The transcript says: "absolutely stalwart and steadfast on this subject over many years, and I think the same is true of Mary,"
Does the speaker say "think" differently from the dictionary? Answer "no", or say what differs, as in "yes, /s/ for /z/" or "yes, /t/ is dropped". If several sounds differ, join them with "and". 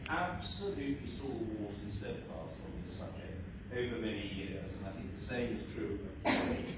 no